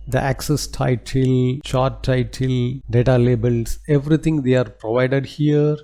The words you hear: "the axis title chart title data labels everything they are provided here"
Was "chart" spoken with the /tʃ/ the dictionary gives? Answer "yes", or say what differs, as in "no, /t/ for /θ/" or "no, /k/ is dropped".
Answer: no, /ʃ/ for /tʃ/